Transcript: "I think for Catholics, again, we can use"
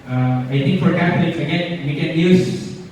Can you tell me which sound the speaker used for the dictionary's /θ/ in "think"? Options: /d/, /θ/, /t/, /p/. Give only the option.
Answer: /t/